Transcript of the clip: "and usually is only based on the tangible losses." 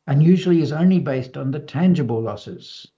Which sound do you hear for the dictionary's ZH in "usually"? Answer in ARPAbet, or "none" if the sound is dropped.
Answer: ZH